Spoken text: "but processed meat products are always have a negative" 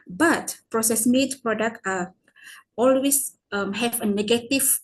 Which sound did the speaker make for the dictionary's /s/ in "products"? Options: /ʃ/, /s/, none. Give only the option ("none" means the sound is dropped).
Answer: none